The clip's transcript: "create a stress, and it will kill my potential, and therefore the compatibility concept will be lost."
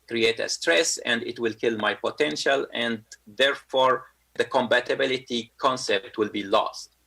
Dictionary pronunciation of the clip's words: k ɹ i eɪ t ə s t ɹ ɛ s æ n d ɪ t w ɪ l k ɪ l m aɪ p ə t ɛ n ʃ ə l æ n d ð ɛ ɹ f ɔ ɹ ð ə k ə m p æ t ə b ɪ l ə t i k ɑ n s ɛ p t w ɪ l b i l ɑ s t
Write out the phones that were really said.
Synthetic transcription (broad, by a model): k ɹ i eɪ t ə s t ɹ ɛ s æ n d ɪ t w ɪ l k ɪ l m aɪ p ə t ɛ n ʃ ə l æ n d ð ɛ ɹ f ɔ ɹ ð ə k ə m b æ t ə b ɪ l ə t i k ɑ n s ɛ p t w ɪ l b i l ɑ s t